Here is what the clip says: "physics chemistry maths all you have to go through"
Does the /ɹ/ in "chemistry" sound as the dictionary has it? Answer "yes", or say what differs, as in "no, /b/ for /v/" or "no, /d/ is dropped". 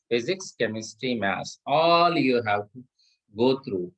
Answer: yes